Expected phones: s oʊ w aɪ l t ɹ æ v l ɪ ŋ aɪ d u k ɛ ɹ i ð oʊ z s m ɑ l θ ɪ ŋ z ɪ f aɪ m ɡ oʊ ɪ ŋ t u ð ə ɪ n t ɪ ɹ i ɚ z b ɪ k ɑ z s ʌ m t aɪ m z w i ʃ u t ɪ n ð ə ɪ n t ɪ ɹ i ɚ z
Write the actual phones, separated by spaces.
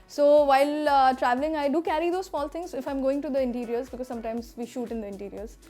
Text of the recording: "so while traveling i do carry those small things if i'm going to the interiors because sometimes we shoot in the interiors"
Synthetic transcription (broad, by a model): s oʊ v aɪ l t ɹ æ v l ɪ ŋ aɪ d u k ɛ ɹ i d oʊ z s m ɑ l t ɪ ŋ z ɪ f aɪ m ɡ oʊ ɪ ŋ t u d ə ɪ n t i ɹ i ɚ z b ɪ k ɑ z s ʌ m t aɪ m z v i ʃ u t ɪ n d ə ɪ n t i ɹ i ɚ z